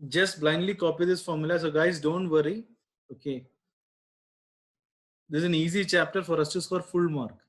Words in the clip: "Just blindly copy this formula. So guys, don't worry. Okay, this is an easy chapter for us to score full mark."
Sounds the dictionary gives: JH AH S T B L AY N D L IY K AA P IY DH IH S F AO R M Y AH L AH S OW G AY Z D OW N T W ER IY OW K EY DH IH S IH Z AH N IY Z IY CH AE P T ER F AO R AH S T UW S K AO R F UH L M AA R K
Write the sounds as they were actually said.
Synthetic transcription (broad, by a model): JH AH S T B L AY N D L IY K AA P IY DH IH S F AO R M Y AH L AH S OW G AY Z D OW N T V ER IY OW K EY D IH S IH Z AH N IY Z IY CH AE P T ER F AO R AH S T UW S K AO R F UH L M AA R K